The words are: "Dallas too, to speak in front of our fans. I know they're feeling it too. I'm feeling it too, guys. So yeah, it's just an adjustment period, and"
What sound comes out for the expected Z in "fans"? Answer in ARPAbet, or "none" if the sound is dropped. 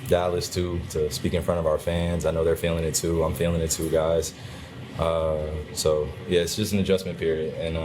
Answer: Z